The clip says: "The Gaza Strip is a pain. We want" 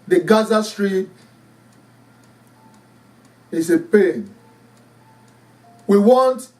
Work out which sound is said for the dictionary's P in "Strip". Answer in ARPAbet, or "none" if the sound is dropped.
none